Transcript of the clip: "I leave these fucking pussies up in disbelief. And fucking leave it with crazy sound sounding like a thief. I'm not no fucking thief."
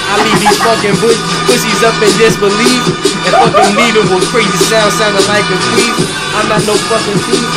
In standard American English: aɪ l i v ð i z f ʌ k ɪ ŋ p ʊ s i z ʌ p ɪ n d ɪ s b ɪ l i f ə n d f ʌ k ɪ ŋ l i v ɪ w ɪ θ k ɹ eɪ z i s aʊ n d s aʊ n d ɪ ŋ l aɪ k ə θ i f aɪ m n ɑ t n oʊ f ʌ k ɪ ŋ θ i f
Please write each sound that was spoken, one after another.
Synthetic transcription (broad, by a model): aɪ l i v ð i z f ʌ k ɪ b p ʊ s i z ʌ p ɪ n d ɪ s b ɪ l i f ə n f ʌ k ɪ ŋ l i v ɪ w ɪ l k ɹ eɪ z i s aʊ n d s aʊ n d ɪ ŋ l aɪ k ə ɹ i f aɪ m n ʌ t n oʊ f ʌ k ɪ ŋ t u